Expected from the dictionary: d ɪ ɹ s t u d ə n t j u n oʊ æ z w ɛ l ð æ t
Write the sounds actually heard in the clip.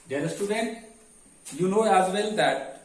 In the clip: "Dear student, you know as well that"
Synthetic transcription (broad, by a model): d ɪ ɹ s t u d ə n t j u n oʊ æ z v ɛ l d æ t